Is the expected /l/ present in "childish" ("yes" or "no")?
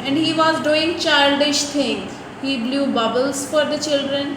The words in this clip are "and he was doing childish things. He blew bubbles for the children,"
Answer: yes